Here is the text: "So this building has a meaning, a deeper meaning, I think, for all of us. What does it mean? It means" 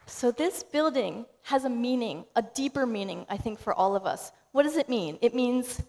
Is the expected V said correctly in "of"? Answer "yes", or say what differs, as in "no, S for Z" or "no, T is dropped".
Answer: yes